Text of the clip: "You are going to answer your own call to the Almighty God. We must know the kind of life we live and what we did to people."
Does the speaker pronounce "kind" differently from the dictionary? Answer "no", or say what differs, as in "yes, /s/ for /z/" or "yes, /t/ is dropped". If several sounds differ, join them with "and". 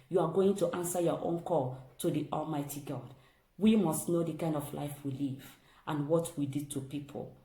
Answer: no